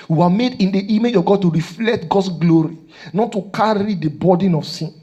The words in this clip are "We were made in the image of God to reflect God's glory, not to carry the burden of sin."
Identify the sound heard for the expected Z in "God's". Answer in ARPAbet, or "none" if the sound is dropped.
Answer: S